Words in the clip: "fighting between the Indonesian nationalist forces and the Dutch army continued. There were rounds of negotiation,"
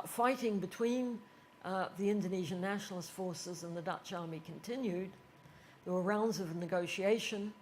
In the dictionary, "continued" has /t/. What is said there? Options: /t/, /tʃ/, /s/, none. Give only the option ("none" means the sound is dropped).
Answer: /t/